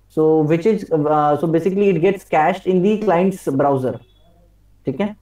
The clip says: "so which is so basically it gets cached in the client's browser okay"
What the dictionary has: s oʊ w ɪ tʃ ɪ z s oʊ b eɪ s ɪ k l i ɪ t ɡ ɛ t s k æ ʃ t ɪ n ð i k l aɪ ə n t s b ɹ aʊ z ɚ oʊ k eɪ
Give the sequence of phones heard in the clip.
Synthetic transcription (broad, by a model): s oʊ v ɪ tʃ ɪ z s oʊ b eɪ s ɪ k l i ɪ t ɡ ɛ t s k æ ʃ t ɪ n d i k l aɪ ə n t s b ɹ aʊ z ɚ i k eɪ